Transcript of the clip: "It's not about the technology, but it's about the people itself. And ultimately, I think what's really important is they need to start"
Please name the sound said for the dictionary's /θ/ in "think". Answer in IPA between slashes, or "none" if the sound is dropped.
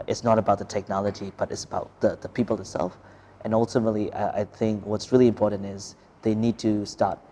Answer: /θ/